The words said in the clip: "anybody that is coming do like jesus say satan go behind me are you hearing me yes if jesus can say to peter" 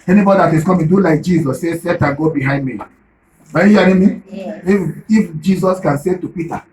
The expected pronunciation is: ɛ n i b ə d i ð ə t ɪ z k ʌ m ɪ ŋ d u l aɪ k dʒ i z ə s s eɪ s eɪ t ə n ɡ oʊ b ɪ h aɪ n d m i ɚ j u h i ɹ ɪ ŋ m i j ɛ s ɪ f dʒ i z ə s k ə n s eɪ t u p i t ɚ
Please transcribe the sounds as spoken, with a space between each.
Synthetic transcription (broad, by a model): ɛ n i b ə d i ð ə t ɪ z k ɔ m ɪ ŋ d u l aɪ k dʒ i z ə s s eɪ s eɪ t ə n ɡ oʊ b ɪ h aɪ n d m i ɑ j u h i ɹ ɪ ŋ m i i ɪ f dʒ i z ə s k ə n s eɪ t u p i t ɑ